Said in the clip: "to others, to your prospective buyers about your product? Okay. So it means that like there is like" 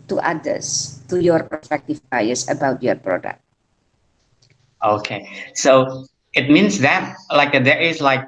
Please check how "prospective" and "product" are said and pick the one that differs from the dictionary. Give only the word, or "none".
prospective